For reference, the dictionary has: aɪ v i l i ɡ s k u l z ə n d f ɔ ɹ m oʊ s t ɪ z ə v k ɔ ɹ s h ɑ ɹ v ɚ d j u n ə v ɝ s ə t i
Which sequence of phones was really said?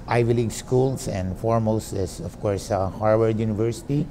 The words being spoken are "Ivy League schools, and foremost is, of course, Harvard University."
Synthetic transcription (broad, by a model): aɪ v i l i ɡ s k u l s ə n d f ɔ ɹ m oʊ s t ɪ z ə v k ɔ ɹ s h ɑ ɹ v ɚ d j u n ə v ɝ s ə t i